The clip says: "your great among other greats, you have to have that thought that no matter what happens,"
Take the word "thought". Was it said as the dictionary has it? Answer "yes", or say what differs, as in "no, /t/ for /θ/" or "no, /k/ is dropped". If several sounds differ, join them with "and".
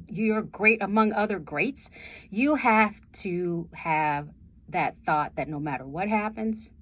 yes